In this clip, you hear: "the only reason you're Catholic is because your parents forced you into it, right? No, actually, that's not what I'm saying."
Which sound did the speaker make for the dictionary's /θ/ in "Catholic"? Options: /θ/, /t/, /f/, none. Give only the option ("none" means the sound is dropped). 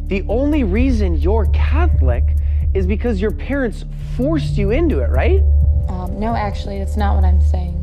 /θ/